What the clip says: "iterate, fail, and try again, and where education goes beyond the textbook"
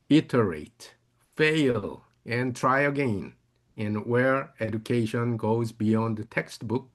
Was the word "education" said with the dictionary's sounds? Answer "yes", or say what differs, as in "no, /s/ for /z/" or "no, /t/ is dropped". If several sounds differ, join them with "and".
yes